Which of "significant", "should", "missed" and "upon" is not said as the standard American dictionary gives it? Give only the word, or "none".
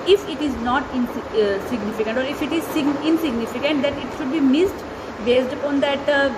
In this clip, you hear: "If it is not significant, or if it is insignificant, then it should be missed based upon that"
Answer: none